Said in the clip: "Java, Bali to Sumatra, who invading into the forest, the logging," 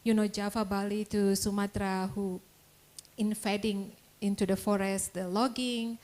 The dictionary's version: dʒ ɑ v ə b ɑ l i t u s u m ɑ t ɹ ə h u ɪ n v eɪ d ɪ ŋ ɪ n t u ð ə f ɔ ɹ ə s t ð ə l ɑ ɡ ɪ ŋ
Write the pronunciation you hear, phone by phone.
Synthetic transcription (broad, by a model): dʒ ɑ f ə b ɑ l i t u s u m ɑ t ɹ ə h u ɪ n f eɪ d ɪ ŋ ɪ n t u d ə f ɔ ɹ ə s t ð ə l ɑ ɡ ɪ ŋ